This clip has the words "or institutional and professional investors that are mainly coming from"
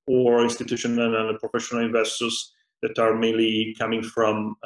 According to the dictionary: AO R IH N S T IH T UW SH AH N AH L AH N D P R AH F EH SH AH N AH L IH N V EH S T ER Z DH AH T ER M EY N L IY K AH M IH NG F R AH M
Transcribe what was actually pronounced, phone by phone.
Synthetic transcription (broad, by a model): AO R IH N S T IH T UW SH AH N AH N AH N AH P R AH F EH SH AH N AH L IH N V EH S T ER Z DH AH T ER M EY N L IY K AH M IH NG F R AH M